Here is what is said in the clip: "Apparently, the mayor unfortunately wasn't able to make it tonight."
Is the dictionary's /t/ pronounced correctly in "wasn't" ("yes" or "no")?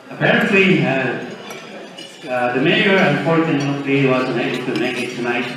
no